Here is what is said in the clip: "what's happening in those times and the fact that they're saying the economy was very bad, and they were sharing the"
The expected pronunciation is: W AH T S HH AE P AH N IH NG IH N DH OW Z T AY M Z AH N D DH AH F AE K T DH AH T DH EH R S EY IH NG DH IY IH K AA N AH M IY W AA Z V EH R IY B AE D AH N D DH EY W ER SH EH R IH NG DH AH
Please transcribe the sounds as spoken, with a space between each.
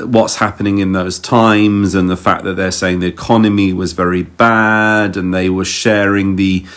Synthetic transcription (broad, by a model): W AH T S HH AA P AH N IH NG IH N DH OW Z T AY M Z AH N DH AH F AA K DH AH T DH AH R S EY IH NG DH IY IH K AA N AH M IY W AA Z V EH R IY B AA D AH N DH EY W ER SH EH R IH NG DH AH